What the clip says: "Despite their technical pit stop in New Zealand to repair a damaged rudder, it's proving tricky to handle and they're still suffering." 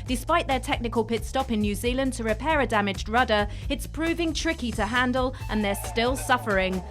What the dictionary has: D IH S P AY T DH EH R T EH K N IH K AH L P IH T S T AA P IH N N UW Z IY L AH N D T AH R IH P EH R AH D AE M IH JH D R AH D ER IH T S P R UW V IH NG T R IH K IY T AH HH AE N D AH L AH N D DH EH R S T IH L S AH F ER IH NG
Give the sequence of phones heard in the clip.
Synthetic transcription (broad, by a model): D IH S P AY T DH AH R T EH K N IH K AH L P IH T S T AA P IH N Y UW Z IY L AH N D T AH R IH P EH R AH D AE M IH JH D R AH D ER IH T S P R UW V IH NG T R IH K IY T AH HH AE N D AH L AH N DH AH R S T IH L S AH F ER IH NG